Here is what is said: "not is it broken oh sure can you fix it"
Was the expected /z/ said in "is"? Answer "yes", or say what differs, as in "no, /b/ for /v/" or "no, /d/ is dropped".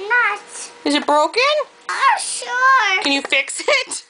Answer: yes